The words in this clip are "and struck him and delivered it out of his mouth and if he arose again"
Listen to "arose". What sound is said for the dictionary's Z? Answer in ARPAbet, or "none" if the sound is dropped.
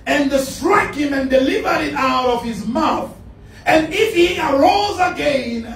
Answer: Z